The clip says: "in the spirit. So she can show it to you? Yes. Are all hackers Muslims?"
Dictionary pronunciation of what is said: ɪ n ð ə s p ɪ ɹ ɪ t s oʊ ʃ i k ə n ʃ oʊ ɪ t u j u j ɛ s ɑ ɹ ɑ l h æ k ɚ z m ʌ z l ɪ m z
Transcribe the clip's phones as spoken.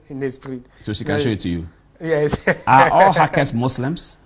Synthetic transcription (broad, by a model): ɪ n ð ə s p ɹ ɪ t s oʊ ʃ i k ə n ʃ oʊ ɪ t u j u j ɛ s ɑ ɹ ɑ l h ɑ k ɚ s m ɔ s l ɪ m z